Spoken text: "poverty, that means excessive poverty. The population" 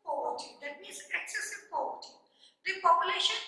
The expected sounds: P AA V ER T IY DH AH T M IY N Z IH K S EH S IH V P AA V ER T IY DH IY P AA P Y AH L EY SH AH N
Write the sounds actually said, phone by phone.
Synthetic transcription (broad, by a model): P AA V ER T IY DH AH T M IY Z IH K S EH S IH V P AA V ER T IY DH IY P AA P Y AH L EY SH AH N